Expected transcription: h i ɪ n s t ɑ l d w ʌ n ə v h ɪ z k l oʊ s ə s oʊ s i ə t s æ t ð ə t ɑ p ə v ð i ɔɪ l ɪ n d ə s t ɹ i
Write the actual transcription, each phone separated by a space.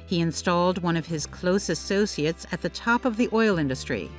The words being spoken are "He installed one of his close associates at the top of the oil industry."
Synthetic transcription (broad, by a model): h i ɪ n s t ɑ l d w ʌ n ə v ɪ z k l oʊ s ə s oʊ s i ə t s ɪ t ð ə t ɑ p ə v ð i ɔɪ l ɪ n d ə s t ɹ i